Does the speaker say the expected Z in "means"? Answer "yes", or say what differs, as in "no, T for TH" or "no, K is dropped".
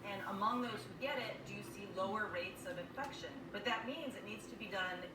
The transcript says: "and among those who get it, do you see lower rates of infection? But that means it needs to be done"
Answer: yes